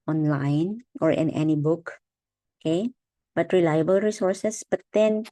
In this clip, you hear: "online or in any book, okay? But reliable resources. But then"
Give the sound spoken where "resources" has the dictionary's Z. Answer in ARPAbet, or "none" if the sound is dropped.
S